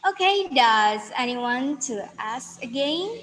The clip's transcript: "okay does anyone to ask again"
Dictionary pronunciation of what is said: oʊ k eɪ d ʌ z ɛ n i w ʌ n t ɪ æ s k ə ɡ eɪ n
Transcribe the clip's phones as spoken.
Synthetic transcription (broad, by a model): oʊ k eɪ d ʌ z ɛ n i w ʌ n t ɪ æ s k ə ɡ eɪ n